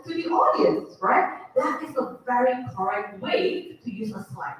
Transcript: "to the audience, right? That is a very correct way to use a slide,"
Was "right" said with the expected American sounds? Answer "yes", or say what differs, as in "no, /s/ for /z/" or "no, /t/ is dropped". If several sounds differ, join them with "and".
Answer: yes